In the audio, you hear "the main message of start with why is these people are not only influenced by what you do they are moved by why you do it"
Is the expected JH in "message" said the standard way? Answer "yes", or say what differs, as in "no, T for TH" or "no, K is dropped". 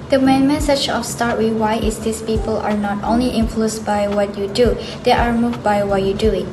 no, CH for JH